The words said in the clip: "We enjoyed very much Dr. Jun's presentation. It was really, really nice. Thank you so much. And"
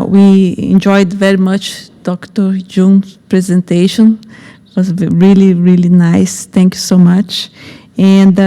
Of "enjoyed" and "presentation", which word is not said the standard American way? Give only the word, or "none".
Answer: none